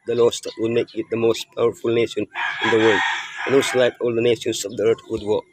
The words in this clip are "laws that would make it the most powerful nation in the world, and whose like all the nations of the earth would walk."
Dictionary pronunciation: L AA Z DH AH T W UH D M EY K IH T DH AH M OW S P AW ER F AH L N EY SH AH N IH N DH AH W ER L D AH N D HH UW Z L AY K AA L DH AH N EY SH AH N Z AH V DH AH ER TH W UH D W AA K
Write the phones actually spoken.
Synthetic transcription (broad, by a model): L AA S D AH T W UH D M EY K IH T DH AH M OW S P AW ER F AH L N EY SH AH N IH N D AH W ER L D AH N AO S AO L AY K AA L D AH N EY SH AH N S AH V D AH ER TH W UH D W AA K